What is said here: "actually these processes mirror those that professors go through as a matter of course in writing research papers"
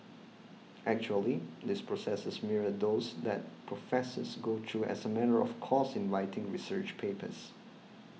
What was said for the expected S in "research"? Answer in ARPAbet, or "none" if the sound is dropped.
S